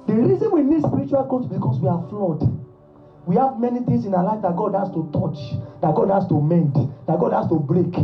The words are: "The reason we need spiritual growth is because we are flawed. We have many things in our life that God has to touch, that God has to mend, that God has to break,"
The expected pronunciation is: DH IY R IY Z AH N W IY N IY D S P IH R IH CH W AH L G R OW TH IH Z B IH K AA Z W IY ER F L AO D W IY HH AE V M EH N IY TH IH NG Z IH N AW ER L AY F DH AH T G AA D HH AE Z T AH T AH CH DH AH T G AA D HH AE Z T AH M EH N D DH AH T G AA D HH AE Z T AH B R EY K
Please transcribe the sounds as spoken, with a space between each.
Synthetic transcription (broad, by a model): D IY R IY Z AH N W IY N IY D S P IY R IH CH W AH L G OW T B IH K AA S W IY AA F L AO D W IY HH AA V M EH N IY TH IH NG S IH N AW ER L AY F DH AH T G AA D HH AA S T AH T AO CH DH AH T G AA D HH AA S T AH M EH N D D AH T G AA D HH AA S T AH B R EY K